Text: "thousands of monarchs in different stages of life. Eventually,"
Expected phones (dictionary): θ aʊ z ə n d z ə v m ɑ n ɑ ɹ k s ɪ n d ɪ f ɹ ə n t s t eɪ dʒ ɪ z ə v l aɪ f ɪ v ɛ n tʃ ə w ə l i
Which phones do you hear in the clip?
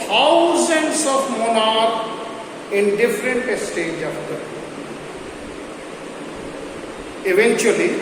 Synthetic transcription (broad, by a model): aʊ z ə n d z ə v m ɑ n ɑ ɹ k ɪ n d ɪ f ɹ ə n t s t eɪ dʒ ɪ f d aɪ ɪ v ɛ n tʃ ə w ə l i